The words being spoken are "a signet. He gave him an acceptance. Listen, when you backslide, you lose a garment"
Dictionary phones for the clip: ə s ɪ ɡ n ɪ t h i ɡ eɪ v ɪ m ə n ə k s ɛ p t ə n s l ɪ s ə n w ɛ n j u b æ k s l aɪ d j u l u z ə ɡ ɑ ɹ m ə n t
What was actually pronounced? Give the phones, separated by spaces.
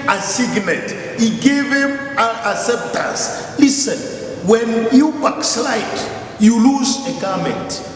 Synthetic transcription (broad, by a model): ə s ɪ ɡ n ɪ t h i ɡ eɪ v ɪ m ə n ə s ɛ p t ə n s l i s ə n w ɛ n j u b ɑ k s l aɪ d j u l u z ə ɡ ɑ m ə n t